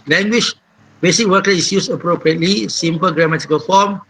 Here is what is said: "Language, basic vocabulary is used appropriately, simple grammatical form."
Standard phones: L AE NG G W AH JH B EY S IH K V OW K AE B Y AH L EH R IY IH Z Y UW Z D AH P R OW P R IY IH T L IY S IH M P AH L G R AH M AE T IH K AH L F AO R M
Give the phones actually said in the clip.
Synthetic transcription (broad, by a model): L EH NG G W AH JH B EY S IH K W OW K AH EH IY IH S Y UW S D AH P R OW P R IY IH T L IY S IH M P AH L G R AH M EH T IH K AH L F AO M